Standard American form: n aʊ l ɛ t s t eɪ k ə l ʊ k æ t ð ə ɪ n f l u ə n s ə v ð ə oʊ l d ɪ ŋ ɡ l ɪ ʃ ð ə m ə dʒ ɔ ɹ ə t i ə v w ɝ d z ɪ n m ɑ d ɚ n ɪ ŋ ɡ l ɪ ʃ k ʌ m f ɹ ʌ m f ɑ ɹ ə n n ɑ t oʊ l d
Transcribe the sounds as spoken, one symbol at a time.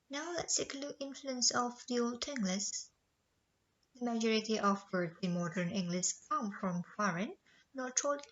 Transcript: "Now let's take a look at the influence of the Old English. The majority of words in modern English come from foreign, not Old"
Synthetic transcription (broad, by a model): n aʊ l ɛ t s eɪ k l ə ɪ n f l u ə n s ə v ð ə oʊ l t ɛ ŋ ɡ l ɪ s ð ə m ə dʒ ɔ ɹ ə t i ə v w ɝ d ɪ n m ɑ d ɚ n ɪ ŋ ɡ l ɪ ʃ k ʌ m f ɹ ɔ m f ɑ ɹ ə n n ɑ t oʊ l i